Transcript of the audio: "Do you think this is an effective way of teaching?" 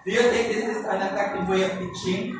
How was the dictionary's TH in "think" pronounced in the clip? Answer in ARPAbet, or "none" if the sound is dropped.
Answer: T